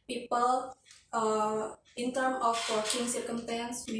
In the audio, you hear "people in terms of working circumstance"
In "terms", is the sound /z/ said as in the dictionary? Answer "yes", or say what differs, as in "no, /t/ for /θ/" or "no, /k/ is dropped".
no, /z/ is dropped